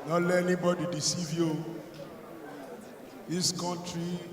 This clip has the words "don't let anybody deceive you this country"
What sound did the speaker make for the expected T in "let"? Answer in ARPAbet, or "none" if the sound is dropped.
none